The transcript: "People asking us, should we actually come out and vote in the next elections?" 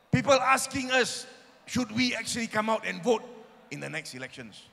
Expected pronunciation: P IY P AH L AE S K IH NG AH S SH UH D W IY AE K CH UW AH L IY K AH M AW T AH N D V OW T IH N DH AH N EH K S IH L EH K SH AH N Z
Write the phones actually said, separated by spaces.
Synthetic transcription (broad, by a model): P IY P AH L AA S K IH NG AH S SH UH D W IY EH K CH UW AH L IY K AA M AW T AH N V OW T IH N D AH N EH K S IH L EH K SH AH N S